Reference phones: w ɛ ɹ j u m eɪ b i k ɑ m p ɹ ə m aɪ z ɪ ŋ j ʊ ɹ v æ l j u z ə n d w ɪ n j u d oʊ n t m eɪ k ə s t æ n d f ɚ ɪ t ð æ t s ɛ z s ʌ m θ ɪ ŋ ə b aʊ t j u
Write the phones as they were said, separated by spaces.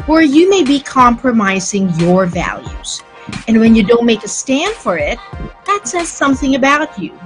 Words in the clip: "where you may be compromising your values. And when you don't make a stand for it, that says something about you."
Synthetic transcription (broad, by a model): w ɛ ɹ j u m eɪ b i k ɑ m p ɹ ə m aɪ z ɪ ŋ j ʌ ɹ v æ l j u z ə n w ɪ n j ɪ d oʊ n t m eɪ k ə s t æ n d f ɚ ɪ t ð æ t s ɛ z s ʌ m θ ɪ ŋ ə b aʊ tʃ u